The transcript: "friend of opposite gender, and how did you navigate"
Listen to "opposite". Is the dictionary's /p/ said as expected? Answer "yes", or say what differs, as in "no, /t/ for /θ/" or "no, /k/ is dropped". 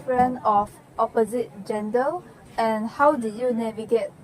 yes